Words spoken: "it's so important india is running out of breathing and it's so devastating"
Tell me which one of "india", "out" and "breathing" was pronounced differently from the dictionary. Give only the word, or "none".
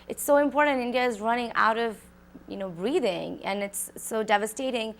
none